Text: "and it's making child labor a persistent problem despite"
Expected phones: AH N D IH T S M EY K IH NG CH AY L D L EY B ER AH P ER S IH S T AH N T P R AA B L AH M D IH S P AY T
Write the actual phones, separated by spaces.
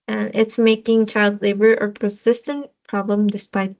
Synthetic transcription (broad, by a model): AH N IH T S M EY K IH NG CH AY L D L EY B ER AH P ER S IH S T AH N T P R AA B L AH M D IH S P AY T